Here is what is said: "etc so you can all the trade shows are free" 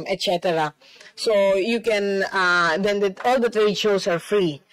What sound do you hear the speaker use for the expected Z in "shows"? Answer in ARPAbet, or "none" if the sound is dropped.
S